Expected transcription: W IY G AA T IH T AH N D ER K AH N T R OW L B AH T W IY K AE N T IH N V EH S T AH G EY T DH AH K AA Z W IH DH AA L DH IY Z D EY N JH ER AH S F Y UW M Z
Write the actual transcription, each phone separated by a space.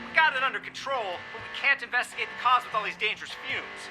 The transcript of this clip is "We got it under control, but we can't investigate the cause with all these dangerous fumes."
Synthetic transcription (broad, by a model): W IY G AA T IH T AH N D ER K N T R OW L B AH T W IY K AE N T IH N V EH S T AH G EY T DH AH K AA Z W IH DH AA L DH IY Z D EY N JH ER AH S F Y UW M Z